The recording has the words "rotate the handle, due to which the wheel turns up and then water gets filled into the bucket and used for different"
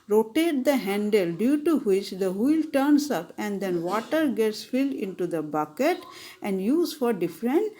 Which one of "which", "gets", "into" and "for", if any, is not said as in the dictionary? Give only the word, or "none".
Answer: none